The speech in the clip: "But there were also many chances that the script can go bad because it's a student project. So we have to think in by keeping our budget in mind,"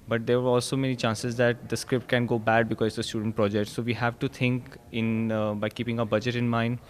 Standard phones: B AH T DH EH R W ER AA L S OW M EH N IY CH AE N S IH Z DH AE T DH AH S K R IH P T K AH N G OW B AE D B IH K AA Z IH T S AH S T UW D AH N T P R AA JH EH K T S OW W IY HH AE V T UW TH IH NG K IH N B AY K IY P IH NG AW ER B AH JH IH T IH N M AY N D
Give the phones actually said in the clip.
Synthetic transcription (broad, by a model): B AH T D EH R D AA L S OW M EH N IY CH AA N S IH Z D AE T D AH S K R IH P T K AH N G OW B AE D B IH K AA Z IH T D AH S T UW D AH N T P R AA JH EH K T S OW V IY HH AE V T UW T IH NG K IH N B AY K IY P IH NG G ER B AH JH IH T IH N M AY N D